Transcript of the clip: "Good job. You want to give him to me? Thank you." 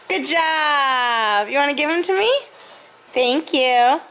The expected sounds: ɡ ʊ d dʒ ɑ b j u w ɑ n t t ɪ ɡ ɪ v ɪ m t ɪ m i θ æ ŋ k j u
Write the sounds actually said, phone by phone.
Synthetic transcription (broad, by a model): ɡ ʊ d dʒ ɑ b j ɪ w ɑ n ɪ ɡ ɪ v ɪ m t ɪ m i θ æ ŋ k j u